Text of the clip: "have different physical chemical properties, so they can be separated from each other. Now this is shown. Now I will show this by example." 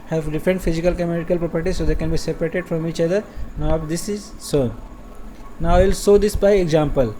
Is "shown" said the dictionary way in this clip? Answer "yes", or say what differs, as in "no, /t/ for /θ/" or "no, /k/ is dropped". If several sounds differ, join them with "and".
no, /s/ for /ʃ/